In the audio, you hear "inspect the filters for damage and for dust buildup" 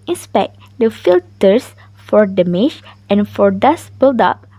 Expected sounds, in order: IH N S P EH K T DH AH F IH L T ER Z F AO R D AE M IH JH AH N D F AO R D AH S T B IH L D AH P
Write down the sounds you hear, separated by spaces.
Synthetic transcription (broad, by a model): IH N S P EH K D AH F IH L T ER S F AO R D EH M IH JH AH N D F AO R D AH S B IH L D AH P